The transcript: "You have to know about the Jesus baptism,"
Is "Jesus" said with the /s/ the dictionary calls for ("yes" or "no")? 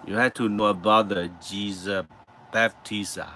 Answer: no